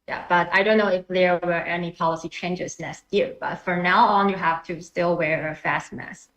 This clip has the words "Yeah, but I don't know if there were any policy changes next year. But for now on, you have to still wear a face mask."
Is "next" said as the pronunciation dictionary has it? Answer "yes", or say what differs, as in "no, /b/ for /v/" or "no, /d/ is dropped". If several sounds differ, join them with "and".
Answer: no, /k/ is dropped